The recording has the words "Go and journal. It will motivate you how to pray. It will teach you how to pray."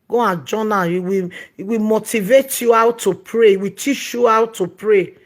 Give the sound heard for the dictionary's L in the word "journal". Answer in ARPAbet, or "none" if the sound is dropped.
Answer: W